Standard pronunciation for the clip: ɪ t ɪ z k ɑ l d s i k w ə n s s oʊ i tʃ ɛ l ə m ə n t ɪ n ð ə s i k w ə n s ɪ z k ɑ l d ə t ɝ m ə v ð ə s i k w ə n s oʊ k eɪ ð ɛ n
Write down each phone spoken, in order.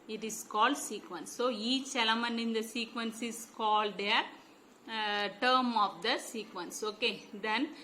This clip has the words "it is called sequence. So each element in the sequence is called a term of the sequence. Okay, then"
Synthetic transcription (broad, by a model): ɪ t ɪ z k ɑ l d s i k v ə n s s oʊ i tʃ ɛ l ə m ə n ɪ n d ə s i k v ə n s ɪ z k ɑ l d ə t ɝ m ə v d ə s i k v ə n s oʊ k eɪ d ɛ n